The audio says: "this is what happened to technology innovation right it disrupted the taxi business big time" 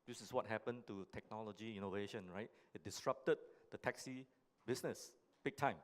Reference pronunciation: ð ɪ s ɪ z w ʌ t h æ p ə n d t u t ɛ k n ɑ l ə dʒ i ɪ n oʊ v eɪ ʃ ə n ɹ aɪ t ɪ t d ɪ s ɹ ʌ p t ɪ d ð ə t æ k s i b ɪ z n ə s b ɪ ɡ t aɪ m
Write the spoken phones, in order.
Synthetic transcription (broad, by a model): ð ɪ s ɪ s w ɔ t h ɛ p ə n t u t ɛ k n ɑ l ə dʒ i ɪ n oʊ v eɪ ʃ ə n ɹ aɪ t ɪ t d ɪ s ɹ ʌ p t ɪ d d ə t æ k s i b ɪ s n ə s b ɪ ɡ t aɪ m